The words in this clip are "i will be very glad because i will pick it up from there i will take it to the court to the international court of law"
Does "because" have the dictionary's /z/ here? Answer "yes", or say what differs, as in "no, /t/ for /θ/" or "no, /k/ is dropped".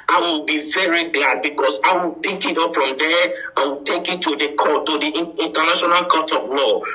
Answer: no, /s/ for /z/